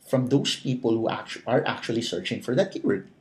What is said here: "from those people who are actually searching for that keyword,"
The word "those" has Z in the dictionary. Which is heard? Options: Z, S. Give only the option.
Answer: S